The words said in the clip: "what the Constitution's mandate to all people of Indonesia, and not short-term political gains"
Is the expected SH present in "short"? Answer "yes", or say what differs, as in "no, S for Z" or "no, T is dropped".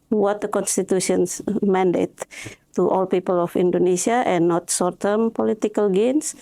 no, S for SH